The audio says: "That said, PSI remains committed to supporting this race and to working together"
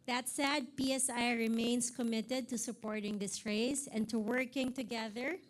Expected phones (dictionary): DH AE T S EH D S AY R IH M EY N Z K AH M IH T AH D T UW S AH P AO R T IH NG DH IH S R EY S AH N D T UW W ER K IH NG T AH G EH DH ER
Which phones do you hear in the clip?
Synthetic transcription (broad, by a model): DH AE T S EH D S AY R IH M EY N S K AH M IH T AH D T UW S AH P AO R T IH NG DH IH S R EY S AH N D T UW W ER K IH NG T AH G EH DH ER